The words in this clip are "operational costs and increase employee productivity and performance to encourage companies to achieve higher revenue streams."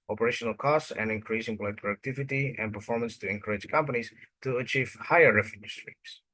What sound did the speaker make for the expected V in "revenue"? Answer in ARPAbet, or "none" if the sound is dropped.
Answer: F